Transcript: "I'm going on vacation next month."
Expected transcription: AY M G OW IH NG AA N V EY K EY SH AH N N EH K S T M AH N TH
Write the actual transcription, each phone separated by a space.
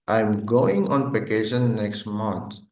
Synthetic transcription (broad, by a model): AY M G OW IH NG AA N P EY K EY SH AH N N EH K S T M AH N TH